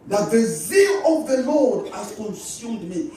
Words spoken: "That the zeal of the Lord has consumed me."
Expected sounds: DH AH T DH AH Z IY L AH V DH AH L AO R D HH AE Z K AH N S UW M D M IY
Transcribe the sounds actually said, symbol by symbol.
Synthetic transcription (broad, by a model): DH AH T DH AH Z IY L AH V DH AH L AO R D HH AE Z K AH N S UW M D M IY